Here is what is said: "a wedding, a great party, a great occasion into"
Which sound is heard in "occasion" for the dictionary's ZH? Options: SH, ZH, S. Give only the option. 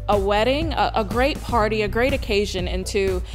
ZH